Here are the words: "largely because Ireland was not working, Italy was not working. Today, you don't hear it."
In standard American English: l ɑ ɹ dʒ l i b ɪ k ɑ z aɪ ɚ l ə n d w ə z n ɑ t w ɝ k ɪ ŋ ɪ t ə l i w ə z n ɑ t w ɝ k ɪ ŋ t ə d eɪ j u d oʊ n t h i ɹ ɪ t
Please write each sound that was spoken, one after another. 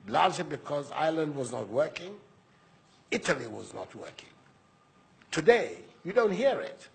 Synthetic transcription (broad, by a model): l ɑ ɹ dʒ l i b ɪ k ɑ z aɪ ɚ l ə n d w ə z n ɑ t w ɝ k ɪ ŋ ɪ t ə l i w ə z n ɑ t w ɝ k ɪ ŋ t ə d eɪ j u d oʊ n t h i ɹ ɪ t